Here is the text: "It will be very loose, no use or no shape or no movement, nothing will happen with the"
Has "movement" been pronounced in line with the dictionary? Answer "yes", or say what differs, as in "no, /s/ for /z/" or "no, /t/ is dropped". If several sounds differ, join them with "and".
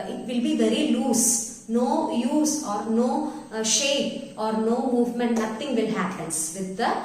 yes